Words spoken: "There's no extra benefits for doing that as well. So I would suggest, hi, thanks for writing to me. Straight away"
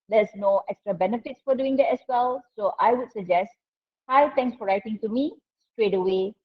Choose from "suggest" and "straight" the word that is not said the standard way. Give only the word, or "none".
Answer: none